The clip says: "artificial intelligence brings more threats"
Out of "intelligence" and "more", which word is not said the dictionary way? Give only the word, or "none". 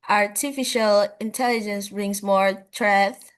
none